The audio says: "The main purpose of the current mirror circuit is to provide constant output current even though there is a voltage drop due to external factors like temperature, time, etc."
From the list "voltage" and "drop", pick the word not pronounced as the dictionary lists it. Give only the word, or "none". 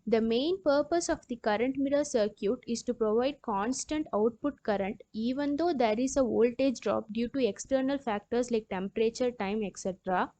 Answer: none